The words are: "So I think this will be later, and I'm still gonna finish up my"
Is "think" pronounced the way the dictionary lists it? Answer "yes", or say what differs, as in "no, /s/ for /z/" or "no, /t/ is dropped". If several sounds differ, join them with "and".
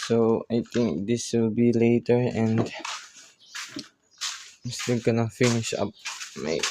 no, /t/ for /θ/